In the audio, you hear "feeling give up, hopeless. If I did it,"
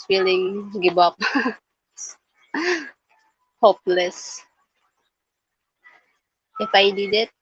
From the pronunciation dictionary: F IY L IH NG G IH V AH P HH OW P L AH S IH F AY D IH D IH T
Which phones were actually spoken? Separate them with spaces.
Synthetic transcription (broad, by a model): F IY L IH NG G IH B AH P HH OW P L AH S IH F AY D IH D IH T